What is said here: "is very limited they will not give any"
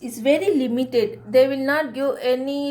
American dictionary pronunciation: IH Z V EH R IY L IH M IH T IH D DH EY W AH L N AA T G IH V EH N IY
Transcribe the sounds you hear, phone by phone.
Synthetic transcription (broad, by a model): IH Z V EH R IY L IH M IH T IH D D EY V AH L N AA T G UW EH N IY